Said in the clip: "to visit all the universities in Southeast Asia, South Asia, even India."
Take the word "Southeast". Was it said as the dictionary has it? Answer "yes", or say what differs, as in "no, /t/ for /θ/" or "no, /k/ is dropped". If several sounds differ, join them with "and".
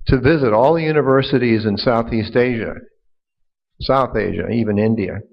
yes